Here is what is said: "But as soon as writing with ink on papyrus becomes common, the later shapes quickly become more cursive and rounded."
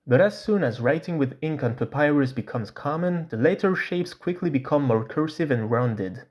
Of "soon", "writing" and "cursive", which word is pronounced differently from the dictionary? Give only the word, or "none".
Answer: none